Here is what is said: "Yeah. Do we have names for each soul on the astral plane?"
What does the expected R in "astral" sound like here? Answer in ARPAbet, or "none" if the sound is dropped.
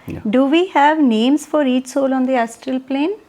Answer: R